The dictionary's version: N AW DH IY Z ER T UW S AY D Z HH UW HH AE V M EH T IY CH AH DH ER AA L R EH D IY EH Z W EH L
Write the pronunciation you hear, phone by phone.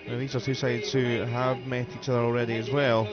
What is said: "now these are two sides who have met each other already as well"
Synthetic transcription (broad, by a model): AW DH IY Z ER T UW S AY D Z HH UW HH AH V M EH T IY CH AH DH ER AA L R EH D IY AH Z W EH L